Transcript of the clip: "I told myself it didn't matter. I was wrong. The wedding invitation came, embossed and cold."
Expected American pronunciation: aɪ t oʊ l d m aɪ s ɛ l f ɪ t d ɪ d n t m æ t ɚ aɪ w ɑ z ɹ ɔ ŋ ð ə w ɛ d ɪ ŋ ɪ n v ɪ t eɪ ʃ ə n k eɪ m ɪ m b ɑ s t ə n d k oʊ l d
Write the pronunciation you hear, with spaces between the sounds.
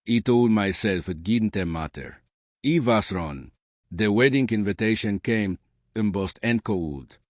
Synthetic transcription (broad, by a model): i t oʊ l d m aɪ s ɛ l f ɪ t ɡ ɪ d n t m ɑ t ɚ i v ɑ s ɹ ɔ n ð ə w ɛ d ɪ ŋ ɪ n v ɪ t eɪ ʃ ə n k eɪ m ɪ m b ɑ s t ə n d k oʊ l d